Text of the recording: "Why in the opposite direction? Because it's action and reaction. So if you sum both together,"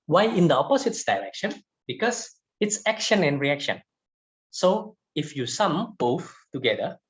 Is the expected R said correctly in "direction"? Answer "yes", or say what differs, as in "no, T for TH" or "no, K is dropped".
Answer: no, L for R